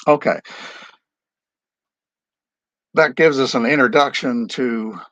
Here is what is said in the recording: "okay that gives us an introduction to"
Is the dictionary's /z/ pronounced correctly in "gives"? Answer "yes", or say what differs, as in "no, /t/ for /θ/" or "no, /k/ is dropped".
yes